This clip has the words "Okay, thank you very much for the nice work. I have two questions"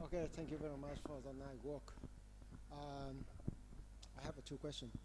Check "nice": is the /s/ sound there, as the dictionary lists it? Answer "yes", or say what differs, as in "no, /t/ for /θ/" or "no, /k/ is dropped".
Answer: no, /s/ is dropped